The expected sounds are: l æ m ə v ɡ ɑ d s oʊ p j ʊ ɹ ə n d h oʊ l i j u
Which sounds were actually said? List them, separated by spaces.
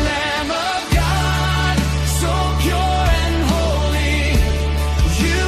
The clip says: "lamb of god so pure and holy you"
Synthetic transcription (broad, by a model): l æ m ə v ɡ ɑ d s oʊ p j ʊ ɹ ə n h oʊ l i j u